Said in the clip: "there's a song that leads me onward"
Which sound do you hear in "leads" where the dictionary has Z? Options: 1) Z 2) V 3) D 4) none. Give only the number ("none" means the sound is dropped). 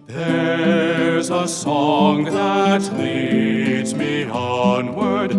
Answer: 1